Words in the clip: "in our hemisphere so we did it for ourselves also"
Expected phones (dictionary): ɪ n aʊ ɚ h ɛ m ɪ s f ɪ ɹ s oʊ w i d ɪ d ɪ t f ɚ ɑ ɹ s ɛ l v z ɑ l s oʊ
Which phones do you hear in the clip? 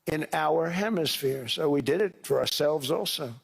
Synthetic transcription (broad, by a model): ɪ n aʊ ɚ h ɛ m ɪ s f ɪ ɹ s oʊ w i d ɪ d ɪ t f ɚ ɑ ɹ s ɛ l v z ɑ l s oʊ